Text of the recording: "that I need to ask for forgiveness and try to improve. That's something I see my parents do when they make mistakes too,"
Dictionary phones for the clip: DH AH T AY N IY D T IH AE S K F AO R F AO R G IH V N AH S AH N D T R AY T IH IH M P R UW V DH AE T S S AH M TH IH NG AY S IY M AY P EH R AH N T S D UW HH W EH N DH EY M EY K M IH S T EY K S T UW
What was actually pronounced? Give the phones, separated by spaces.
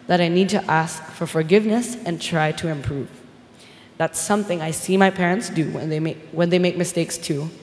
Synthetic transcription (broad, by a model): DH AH T AY N IY D T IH AE S K F AO R F AO R G IH V N AH S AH N T R AY T IH IH M P R UW V DH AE T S S AH M TH IH NG AY S IY M AY P EH R AH N T S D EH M W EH N DH EY M EY K M IH S T EY K S T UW